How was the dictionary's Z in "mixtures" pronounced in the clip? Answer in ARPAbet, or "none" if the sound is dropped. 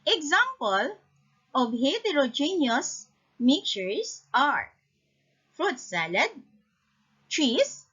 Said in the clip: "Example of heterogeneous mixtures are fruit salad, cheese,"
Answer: S